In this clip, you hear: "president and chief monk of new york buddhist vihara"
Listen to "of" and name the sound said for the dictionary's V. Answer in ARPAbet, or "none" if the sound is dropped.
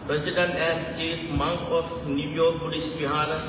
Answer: F